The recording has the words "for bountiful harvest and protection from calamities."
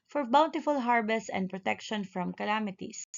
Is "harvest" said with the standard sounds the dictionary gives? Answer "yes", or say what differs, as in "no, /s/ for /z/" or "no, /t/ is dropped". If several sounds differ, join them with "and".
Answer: no, /b/ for /v/ and /t/ is dropped